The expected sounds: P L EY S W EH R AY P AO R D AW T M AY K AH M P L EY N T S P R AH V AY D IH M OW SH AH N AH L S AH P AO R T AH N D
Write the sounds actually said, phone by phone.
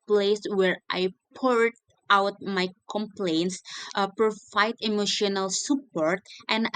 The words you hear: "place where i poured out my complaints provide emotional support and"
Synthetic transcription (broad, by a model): P L EY S W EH R AY P AO R D AW T M AY K AH M P L EY N T S P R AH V AY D IH M OW SH AH N AH L S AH P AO R T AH N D